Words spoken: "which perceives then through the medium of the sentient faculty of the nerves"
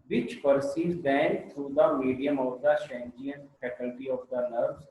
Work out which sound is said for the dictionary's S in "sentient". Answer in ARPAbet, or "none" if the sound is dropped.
SH